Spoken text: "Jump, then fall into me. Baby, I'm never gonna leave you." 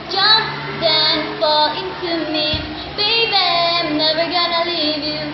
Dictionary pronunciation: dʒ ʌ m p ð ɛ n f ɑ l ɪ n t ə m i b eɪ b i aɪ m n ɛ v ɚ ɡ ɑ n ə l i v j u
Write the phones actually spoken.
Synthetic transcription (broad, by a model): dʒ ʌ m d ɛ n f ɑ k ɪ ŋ t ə m i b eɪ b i aɪ m n ɛ v ɚ ɡ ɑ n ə l i v j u